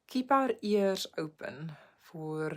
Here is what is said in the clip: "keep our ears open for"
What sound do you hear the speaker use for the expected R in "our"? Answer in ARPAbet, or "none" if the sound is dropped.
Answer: R